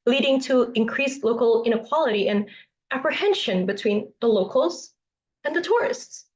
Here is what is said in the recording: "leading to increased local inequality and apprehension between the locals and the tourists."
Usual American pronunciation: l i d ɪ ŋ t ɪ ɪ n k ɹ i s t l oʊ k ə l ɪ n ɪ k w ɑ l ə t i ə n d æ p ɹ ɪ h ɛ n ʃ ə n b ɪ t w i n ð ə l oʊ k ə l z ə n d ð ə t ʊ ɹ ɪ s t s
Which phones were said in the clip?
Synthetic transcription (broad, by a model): l i d ɪ ŋ t ɪ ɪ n k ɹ i s l oʊ k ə l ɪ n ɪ k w ɑ l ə t i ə n æ p ɹ ɪ h ɛ n ʃ ə n b ɪ t w i n ð ə l oʊ k l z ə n ð ə t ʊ ɹ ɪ s t s